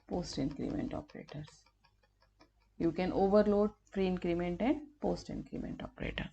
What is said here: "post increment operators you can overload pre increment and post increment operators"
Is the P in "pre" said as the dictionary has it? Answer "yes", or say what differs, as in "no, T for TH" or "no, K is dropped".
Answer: no, F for P